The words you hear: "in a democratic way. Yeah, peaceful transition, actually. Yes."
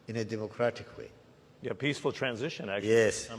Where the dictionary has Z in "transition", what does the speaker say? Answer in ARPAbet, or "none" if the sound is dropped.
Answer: Z